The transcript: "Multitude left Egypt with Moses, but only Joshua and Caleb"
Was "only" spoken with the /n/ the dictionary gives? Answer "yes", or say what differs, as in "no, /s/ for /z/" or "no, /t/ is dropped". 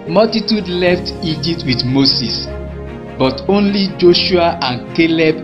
yes